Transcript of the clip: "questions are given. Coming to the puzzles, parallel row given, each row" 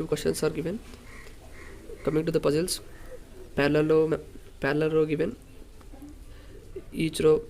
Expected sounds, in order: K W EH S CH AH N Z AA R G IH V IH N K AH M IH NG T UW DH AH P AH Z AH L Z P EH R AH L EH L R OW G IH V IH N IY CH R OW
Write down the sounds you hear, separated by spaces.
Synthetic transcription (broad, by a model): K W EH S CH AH N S AA R G IH V IH N K AH M IH NG T UW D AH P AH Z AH L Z P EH L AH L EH L R OW G IH V IH N IY CH R OW